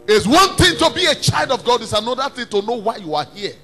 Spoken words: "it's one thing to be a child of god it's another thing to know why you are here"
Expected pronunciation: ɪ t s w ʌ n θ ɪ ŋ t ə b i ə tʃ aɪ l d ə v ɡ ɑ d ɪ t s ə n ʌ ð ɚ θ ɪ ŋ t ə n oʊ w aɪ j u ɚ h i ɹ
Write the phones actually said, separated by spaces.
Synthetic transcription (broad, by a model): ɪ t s w ʌ n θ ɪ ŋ t ə b i ə tʃ aɪ l d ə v ɡ ɑ d ɪ t s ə n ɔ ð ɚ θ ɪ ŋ t ə n oʊ w aɪ j u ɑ h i